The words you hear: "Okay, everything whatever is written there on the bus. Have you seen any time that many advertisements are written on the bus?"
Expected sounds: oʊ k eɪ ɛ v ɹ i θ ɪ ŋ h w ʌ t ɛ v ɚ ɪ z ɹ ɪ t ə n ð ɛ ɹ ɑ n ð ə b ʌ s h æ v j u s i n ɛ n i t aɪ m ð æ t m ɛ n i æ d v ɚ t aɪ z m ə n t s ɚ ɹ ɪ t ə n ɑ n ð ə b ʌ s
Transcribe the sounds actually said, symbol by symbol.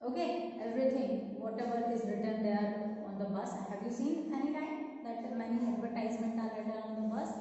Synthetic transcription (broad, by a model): oʊ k eɪ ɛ v ɹ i t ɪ ŋ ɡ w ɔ t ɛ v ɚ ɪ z ɹ ɪ t ə n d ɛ ɹ ɑ n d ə b ʌ s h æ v j u s i n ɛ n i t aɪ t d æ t m ɛ n i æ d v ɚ t aɪ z m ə n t ɑ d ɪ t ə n ɑ n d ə b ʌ s